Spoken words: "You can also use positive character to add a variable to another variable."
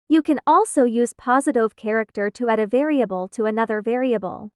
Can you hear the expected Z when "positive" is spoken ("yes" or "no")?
yes